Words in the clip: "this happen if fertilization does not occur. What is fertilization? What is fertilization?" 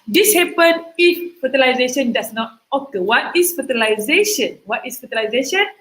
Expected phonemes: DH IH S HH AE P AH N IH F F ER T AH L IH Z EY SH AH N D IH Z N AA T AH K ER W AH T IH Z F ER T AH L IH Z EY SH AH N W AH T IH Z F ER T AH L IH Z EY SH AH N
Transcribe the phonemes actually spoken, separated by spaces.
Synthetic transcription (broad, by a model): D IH S HH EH P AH N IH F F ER T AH L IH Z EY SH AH N D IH S N AA T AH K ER W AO T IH S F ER T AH L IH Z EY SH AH N W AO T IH S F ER T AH L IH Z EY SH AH N